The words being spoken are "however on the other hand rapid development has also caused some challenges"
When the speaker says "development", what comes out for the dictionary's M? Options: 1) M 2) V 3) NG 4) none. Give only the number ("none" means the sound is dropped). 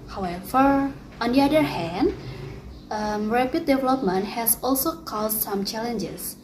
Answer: 1